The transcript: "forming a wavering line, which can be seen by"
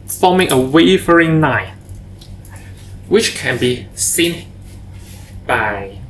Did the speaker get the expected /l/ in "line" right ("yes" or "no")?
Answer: no